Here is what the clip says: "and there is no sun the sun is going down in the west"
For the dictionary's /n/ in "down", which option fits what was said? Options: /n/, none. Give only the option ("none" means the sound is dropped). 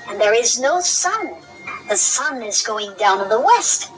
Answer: none